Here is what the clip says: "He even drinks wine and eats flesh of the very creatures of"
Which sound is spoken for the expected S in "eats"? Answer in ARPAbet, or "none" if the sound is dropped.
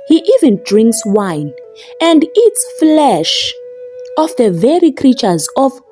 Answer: S